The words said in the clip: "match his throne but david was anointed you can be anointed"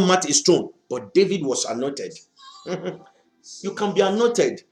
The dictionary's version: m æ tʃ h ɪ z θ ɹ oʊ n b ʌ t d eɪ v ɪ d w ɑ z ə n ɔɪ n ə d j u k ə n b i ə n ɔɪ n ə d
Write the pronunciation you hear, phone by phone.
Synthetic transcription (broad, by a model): m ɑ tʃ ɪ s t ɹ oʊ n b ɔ t d eɪ v ɪ d w ɑ s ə n ɔɪ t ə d j u k ə n b i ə n ɔɪ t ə d